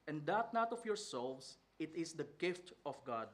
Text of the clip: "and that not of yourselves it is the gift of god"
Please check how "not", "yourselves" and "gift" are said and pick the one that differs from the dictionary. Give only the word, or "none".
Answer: yourselves